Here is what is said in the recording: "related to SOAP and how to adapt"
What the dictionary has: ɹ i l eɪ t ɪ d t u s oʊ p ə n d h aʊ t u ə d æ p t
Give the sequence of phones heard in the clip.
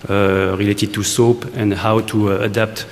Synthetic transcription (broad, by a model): ɹ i l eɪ t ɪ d t u s oʊ p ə n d h aʊ t u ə d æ p t